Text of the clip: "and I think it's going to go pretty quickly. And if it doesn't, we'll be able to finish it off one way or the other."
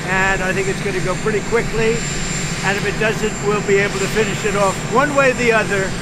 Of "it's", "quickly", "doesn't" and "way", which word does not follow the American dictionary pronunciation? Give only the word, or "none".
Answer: none